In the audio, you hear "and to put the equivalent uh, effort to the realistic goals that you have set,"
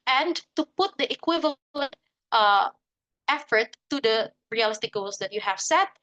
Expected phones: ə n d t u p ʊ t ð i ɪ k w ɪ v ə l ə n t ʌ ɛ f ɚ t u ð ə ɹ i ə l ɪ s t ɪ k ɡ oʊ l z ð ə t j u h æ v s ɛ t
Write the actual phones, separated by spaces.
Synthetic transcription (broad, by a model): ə n t u p ʊ t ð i ɪ k w ɪ v ə l ə n t ʌ ɛ f ɚ t u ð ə ɹ i ə l ɪ s t ɪ k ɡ oʊ l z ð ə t j u h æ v s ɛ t